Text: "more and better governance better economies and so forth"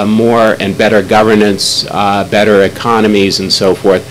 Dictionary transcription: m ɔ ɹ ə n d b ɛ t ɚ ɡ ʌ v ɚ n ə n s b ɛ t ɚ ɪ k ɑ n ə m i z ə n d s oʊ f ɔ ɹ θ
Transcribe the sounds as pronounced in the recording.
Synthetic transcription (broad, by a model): m ɔ ɹ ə n b ɛ t ɚ ɡ ʌ v ɚ n ə n s b ɛ t ɚ ɪ k ɑ n ə m i z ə n s oʊ f ɔ ɹ θ